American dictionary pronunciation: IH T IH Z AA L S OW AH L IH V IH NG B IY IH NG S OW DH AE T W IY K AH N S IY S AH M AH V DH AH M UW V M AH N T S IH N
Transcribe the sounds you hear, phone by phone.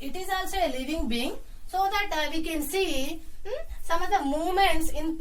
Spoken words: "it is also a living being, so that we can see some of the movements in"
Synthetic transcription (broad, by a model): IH T IH Z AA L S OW AH L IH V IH NG B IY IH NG S OW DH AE T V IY K AH N S IY S AH M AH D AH M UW M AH N T S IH N